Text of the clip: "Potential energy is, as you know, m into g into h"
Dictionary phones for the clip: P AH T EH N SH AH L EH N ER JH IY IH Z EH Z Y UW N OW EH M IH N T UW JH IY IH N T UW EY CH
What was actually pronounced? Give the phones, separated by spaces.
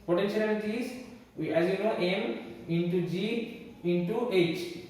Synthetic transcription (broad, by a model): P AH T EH N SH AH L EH L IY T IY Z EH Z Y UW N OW EH M IH N T UW JH IY IH N T UW EY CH